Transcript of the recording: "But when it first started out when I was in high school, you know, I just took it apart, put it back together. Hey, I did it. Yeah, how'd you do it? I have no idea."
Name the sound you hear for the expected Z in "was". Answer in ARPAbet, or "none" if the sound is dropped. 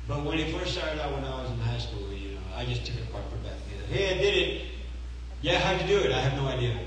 Z